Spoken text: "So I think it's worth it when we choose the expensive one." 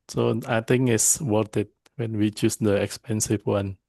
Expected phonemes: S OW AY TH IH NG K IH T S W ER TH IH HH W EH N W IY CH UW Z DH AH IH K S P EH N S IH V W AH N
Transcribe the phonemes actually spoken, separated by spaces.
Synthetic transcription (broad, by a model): S OW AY T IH NG IH S W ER T IH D W EH N W IY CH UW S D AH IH K S P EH N S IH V W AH N